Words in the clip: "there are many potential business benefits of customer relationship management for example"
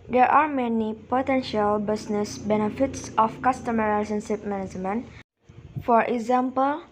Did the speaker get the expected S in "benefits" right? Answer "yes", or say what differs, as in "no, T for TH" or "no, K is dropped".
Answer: yes